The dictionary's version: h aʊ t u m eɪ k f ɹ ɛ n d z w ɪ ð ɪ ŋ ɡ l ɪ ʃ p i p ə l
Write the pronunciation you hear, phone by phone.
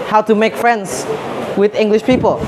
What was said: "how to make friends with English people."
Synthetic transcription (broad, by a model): h aʊ t u m eɪ k f ɹ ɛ n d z w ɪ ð ɪ ŋ ɡ l ɪ ʃ p i p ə l